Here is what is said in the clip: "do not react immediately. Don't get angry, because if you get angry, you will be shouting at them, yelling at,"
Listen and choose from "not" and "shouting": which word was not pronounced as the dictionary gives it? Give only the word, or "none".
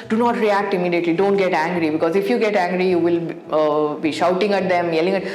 none